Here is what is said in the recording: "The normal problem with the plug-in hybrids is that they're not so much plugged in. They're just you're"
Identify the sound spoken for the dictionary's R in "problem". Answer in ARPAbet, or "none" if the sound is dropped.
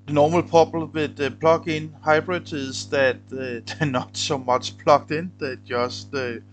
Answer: none